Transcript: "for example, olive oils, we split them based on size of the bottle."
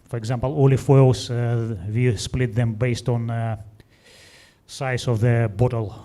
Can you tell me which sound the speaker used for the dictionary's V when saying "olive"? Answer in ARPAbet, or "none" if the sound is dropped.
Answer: F